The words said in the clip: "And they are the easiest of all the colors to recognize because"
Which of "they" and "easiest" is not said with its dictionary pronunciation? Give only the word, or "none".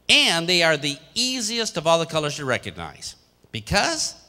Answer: none